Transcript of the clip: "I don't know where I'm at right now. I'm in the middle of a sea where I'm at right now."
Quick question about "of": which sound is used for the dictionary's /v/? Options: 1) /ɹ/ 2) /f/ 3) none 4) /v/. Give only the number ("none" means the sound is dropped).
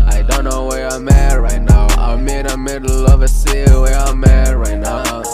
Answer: 4